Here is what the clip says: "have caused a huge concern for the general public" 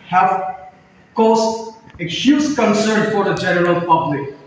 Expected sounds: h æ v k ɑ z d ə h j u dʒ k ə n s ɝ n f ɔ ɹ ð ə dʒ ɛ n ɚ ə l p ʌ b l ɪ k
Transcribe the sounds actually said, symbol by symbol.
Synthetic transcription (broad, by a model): h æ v k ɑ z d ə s j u z k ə n s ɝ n f ɔ ɹ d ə dʒ ɛ n ɚ ə l p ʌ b l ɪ k